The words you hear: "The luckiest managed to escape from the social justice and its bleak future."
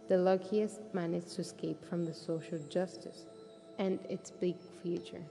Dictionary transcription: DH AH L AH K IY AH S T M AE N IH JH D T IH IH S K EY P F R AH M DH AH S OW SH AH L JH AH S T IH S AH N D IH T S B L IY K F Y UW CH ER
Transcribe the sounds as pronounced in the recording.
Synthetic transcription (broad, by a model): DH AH L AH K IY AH S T M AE N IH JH T IH IH S K EY P F R AH M DH AH S OW SH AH L JH AH S T IH S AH N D IH T S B IY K F Y UW CH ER